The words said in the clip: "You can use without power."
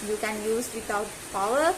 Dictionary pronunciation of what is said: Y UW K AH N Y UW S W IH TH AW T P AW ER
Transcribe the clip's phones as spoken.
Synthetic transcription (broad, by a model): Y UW K AH N Y UW S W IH T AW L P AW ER